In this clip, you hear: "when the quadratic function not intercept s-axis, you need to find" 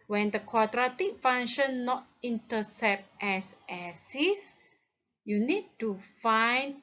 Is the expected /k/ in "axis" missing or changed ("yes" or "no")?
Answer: yes